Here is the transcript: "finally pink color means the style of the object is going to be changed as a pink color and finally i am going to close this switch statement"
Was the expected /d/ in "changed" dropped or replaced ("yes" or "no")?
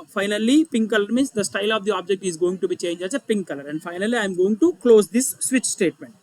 yes